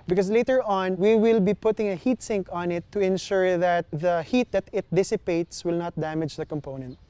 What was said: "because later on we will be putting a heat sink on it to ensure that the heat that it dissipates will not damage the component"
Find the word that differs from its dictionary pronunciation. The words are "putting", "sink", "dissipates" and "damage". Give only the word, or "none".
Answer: none